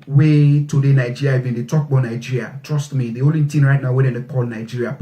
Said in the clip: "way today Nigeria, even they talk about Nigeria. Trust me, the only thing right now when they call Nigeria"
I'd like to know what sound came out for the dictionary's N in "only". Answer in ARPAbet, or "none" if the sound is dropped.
none